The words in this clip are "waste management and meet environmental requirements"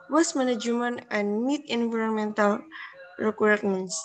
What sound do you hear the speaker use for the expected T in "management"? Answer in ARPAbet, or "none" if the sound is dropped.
none